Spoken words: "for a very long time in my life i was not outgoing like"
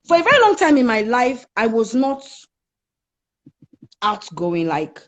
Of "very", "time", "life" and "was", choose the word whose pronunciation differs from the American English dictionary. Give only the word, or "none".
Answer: none